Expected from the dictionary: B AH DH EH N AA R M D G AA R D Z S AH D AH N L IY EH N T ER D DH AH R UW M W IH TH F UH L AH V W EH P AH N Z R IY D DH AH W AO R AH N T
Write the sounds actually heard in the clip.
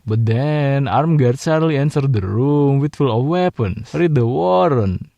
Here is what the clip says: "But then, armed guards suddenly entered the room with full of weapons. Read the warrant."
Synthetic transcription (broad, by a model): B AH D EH N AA R M G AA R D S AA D L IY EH N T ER D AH R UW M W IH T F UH L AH F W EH P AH N R IY D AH W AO R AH N